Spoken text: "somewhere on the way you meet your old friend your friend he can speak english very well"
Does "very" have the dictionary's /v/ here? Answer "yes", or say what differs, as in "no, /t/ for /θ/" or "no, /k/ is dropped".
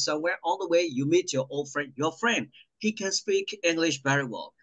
no, /b/ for /v/